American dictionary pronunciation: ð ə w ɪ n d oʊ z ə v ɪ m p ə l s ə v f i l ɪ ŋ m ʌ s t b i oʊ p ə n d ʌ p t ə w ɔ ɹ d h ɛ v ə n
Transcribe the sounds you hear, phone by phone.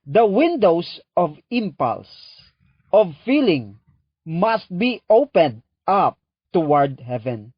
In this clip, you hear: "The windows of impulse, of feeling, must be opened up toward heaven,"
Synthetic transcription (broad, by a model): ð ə w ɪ n d oʊ s ə v ɪ m p ə l s ə v f i l ɪ ŋ m ʌ s t b i oʊ p ə n d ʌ p t ə w ɔ ɹ d h ɛ v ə n